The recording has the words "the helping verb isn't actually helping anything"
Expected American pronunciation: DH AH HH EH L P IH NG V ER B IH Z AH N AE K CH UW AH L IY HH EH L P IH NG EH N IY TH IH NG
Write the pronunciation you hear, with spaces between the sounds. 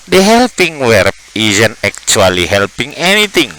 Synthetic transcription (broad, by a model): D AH HH EH L P IH NG W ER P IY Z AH N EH K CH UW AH L IY HH EH L P IH NG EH N IY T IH NG